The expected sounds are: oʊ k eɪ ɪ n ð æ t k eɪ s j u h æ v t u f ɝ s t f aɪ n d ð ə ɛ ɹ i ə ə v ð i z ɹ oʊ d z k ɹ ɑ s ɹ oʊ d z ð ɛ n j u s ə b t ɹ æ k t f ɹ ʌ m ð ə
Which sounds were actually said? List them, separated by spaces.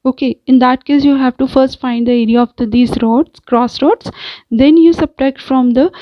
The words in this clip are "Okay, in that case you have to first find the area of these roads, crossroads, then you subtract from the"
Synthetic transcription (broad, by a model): oʊ k eɪ ɪ n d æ t k eɪ s j u h æ v t u f ɝ s t f aɪ n d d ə ɛ ɹ i ə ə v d i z ɹ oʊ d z k ɹ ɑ s ɹ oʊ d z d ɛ n j u s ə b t æ k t f ɹ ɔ m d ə